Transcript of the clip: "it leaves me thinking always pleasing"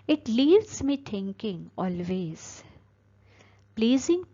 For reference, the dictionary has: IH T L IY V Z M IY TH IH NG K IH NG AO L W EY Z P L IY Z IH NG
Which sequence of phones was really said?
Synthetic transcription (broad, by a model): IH T L IY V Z M IY T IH NG K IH NG AO L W EY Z P L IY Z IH NG